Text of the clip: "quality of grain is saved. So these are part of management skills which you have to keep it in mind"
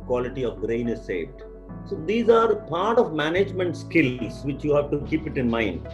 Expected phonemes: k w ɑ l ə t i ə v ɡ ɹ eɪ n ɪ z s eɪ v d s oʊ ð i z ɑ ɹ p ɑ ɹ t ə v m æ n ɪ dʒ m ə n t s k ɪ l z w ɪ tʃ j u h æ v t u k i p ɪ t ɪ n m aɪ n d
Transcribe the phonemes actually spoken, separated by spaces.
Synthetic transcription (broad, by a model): k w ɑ l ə t i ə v ɡ ɹ eɪ n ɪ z s eɪ v d s oʊ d i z ɑ ɹ p ɑ ɹ t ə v m æ n ɪ dʒ m ə n t s k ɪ l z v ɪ tʃ j u h æ v t u k i p ɪ t ɪ n m aɪ n d